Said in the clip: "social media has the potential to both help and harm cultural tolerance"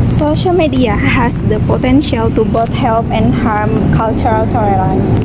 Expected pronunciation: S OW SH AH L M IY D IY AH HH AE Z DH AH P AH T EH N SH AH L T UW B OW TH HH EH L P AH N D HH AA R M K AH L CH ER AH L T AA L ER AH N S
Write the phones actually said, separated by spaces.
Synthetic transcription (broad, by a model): S OW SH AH L M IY D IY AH HH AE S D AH P AH T EH N SH AH L T UW B OW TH HH EH L P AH N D HH AA R M K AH L CH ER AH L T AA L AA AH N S